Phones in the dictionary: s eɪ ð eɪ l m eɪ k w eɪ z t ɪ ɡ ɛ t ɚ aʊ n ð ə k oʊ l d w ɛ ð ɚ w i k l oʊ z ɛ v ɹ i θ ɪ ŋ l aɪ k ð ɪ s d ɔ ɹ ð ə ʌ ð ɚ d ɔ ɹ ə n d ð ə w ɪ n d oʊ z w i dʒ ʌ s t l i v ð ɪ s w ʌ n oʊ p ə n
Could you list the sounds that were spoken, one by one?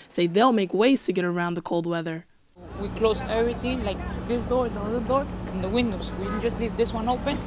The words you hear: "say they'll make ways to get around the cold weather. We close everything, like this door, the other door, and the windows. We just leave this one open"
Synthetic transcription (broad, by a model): s eɪ ð eɪ l m eɪ k w eɪ z t ɪ ɡ ɛ t ɚ aʊ n ð ə k oʊ l d w ɛ ð ɚ w i k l oʊ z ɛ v ɹ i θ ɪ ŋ l aɪ k ð ɪ s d ɔ ɹ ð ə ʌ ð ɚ d ɔ ɹ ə n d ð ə w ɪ n d oʊ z w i dʒ ʌ s t l i v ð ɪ s w ʌ n oʊ p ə n